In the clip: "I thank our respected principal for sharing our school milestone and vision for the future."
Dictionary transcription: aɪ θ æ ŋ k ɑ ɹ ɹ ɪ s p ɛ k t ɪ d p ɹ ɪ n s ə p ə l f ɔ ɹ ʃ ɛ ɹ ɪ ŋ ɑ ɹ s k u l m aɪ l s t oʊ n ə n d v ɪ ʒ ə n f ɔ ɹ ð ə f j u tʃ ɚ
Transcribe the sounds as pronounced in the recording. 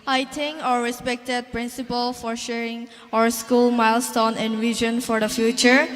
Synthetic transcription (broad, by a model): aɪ t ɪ ŋ ɑ ɹ ɹ ɪ s p ɛ k t ɪ d p ɹ ɪ n s ə p ə l f ɔ ɹ ʃ ɛ ɹ ɪ ŋ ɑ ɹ s k u l m aɪ l s t oʊ n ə n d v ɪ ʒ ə n f ɔ ɹ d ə f j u tʃ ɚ